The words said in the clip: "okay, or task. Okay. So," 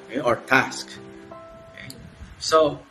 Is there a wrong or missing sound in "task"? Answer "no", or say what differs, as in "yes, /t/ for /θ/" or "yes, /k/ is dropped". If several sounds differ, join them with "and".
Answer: no